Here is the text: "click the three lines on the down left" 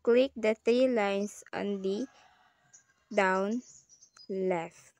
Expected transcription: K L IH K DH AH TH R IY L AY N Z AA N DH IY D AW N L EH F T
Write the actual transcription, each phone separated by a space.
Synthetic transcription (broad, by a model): K L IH K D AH T R IY L AY N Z AA N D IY D AW N L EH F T